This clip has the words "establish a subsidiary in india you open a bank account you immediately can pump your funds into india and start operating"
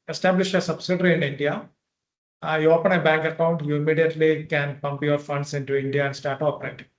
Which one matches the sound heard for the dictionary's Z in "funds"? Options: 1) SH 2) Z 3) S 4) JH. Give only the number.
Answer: 3